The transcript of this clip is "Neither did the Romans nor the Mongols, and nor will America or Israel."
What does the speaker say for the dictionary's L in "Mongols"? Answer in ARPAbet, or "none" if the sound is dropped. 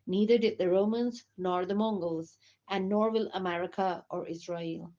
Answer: L